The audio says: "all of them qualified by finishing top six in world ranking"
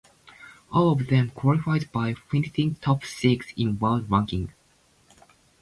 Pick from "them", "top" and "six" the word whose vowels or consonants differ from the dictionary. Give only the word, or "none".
none